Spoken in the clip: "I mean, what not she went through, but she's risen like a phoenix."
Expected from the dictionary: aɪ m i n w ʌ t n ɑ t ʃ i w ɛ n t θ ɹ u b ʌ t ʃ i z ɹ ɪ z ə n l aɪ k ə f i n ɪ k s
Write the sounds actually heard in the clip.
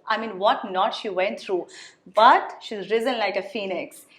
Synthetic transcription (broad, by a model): aɪ m i n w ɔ t n ɑ t ʃ i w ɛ n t t ɹ u b ʌ t ʃ i z ɹ ɪ z ə n l aɪ k ə f i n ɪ k s